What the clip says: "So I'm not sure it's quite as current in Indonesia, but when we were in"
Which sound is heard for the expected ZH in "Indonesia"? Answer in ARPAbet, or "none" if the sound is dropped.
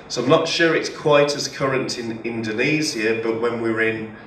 Z